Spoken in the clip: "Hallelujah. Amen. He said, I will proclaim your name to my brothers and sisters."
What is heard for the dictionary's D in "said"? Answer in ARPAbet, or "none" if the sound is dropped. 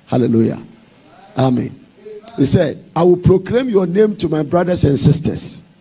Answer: D